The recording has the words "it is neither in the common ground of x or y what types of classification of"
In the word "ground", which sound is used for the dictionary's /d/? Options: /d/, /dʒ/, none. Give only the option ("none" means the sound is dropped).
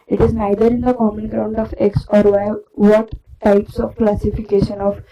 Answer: /d/